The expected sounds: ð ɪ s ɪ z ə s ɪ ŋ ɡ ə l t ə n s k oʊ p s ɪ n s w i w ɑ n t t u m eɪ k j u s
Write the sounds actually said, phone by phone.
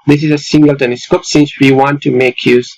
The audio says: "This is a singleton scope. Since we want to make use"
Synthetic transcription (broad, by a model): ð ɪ s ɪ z ə s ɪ ŋ ɡ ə l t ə l s k oʊ p s ɪ n s w i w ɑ n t t u m eɪ k j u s